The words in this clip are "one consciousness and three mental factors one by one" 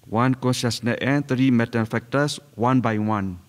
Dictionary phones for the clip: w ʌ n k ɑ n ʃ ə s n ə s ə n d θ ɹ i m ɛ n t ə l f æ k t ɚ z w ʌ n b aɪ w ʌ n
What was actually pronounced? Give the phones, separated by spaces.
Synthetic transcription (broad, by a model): w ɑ n k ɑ n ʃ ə s n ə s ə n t ɹ i m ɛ t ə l f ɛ k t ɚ s w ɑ n b aɪ w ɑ n